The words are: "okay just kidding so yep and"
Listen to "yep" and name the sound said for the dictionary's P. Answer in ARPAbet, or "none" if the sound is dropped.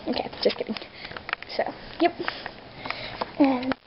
P